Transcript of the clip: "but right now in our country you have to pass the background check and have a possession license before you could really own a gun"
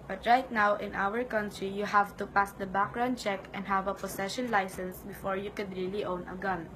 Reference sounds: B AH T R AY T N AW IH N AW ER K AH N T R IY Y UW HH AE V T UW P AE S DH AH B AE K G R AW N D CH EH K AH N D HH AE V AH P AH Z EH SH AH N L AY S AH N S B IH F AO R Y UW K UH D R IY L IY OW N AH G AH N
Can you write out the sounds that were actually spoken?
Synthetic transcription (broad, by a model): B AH T R AY T N AW IH N AW ER K AH N T R IY Y UW HH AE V T UW P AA S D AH B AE K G R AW N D CH EH K AH N D HH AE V AH P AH S EH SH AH N L AY S AH N S B IH F AO R Y UW K UH D R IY L IY OW N AH G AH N